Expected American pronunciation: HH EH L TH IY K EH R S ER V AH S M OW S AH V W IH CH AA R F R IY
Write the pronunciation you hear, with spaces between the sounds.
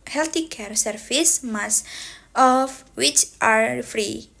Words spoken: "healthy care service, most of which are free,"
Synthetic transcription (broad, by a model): HH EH L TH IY K EH R S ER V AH S M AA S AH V W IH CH AA R F R IY